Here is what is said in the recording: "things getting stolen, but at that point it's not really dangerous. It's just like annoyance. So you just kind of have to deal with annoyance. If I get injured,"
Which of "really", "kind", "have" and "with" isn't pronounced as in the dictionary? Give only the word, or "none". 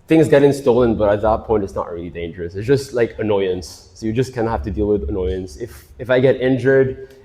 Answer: have